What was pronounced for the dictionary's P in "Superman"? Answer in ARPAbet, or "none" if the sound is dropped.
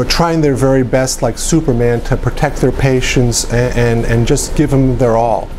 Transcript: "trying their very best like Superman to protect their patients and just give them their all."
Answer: P